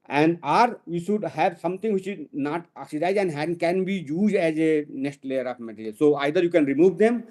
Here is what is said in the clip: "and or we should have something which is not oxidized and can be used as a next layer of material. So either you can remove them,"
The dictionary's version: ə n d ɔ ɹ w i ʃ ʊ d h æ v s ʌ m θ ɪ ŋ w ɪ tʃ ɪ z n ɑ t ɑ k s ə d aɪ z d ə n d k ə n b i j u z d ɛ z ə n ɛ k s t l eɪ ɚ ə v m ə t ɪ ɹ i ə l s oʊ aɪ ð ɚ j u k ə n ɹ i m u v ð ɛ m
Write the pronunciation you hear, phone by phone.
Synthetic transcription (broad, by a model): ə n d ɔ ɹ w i ʃ ʊ d h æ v s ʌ m t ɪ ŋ w ɪ tʃ ɪ z n ɑ t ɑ k s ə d aɪ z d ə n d k ə n b i j u z d ɛ z ə n ɛ k s t l eɪ ɚ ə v m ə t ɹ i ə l s oʊ aɪ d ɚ j u k ə n ɹ i m u v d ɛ m